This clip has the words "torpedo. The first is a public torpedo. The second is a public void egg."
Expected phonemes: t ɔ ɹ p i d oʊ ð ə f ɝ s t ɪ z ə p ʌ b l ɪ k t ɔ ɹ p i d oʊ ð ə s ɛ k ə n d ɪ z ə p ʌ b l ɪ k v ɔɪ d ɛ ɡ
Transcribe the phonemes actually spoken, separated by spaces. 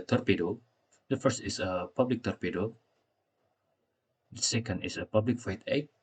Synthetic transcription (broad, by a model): t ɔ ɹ p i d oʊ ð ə f ɝ s t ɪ s ə p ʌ b l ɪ k t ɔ ɹ p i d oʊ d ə s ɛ k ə n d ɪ s ə p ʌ b l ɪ k f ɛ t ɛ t